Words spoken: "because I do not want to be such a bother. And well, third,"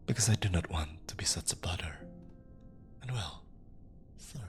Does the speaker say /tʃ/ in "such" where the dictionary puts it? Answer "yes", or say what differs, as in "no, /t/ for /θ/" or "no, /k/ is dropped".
yes